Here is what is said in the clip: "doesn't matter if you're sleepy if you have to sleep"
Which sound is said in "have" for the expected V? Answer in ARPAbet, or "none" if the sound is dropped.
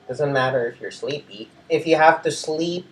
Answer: F